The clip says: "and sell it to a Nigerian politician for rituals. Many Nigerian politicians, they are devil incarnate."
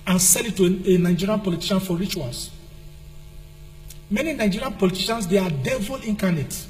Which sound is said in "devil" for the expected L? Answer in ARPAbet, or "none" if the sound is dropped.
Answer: L